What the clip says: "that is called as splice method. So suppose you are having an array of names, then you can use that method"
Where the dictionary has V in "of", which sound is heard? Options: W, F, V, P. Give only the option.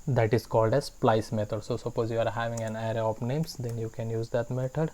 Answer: P